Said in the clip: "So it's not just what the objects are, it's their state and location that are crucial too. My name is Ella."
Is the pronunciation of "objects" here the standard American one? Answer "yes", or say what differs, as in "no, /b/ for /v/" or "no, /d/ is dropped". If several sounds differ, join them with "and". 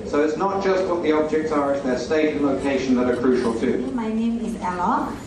yes